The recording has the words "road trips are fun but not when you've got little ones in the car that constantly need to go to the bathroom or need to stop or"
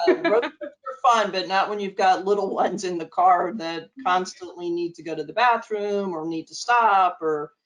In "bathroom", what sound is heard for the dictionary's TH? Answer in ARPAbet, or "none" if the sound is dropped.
TH